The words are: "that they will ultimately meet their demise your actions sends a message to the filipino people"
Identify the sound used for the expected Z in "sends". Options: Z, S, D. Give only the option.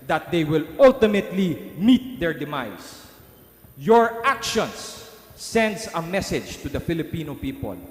S